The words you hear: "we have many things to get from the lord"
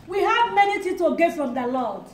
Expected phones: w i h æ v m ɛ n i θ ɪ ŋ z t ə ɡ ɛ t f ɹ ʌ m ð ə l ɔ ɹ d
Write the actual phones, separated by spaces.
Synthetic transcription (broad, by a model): w i h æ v m ɛ n i t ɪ t ə ɡ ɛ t f ɹ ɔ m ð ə l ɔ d